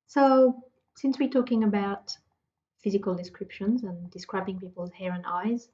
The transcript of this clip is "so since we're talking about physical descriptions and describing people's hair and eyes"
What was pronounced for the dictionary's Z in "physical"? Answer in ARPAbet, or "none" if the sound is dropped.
Z